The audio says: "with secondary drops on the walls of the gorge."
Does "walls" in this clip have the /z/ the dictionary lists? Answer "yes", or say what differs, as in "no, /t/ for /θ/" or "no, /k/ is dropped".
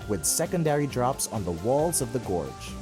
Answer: yes